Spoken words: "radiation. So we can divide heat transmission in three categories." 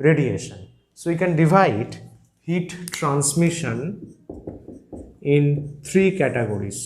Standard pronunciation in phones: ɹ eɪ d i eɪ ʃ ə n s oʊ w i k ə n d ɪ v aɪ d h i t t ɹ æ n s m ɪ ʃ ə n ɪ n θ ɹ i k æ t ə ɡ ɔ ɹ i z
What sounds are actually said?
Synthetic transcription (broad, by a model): ɹ eɪ d i eɪ ʃ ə n s oʊ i k ə n d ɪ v aɪ d h i t t ɹ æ n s m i ʃ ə n ɪ n t ɹ i k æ t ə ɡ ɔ ɹ i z